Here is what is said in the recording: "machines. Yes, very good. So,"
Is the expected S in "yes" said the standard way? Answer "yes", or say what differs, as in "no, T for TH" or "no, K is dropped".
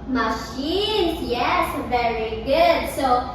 yes